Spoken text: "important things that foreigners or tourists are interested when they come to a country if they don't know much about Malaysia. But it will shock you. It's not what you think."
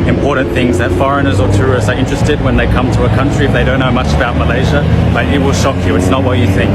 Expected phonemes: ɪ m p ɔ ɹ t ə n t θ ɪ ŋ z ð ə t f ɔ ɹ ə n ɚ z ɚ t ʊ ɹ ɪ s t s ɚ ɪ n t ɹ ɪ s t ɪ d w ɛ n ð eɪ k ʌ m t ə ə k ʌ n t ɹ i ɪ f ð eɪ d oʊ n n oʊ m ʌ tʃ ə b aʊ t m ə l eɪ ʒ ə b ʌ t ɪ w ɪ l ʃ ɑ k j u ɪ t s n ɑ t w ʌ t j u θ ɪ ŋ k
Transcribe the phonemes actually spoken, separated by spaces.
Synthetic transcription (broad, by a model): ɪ m p ɔ ɹ t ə n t θ ɪ ŋ z ð ə t f ɔ ɹ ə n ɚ z ɚ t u ɹ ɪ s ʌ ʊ ɪ n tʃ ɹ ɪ s t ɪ d w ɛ n ð eɪ k ʌ m t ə ə k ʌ n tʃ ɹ i ɪ f ð eɪ d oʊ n n oʊ m ʌ tʃ ə b aʊ t m ə l eɪ ʒ ə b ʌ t ɪ w ɪ l ʃ ɑ k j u ɪ t s n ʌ t w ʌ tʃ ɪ θ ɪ ŋ k